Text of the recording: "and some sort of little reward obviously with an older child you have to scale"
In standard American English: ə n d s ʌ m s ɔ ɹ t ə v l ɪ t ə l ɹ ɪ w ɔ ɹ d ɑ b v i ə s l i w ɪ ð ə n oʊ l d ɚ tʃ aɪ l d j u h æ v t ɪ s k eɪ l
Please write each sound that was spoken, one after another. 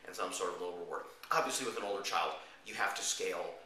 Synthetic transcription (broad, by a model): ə n s ʌ m s ɔ ɹ t ə v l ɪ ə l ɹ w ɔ ɹ ɑ b v i ə s l i w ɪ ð ə n oʊ l d ɚ tʃ aɪ l d j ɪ h æ f t ɪ s k eɪ l